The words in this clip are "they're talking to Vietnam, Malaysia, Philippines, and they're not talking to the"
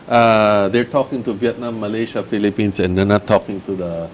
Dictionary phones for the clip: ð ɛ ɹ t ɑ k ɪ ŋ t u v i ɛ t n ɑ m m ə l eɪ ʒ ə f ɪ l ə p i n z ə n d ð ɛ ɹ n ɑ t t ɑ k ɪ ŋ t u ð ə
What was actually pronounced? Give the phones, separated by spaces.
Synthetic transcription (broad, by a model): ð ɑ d t ɑ k ɪ ŋ t u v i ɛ t n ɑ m m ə l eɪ ʃ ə f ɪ l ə p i n s ə n d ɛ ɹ n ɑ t t ɑ k ɪ ŋ t u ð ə